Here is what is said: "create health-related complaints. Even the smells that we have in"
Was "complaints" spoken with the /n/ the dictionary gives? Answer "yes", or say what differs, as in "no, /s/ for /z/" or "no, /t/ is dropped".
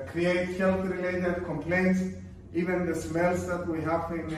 yes